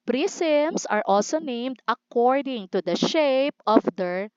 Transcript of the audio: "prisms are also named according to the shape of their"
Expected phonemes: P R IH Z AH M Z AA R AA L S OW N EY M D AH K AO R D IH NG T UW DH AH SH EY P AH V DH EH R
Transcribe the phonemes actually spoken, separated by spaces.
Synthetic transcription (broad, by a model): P R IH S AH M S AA R AA L S OW N EY M D AH K AO R D IH NG T UW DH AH SH EY P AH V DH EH R